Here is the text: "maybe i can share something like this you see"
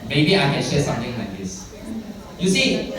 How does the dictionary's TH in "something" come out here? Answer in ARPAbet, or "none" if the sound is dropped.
T